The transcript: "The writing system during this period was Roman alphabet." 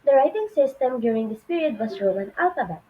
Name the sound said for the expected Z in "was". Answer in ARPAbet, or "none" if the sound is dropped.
S